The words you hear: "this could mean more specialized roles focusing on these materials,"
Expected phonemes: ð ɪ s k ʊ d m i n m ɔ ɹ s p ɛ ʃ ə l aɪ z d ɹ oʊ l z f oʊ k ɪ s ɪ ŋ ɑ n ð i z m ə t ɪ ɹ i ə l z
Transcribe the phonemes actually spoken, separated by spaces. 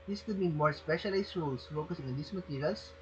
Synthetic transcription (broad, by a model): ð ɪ s k ʊ d m i n m ɔ ɹ s p ɛ ʃ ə l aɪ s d ɹ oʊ l s f oʊ k ɪ s ɪ ŋ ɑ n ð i s m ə t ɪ ɹ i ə l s